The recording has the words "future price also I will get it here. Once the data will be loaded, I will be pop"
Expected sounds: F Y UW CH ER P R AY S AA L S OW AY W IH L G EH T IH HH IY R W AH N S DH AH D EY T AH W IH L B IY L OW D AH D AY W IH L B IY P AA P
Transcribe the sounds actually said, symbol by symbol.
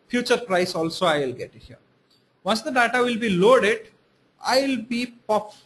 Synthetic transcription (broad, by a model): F Y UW CH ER P R AY S AA L S OW AY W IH L G EH T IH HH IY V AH N S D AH D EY T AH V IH L B IY L OW D AH D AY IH L B IY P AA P